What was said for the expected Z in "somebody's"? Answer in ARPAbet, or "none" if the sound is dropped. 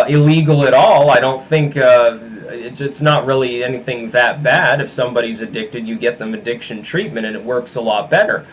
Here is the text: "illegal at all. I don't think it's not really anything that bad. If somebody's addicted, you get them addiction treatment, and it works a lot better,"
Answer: Z